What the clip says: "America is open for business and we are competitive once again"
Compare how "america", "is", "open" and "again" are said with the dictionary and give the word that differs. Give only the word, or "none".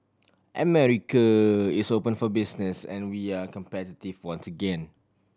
is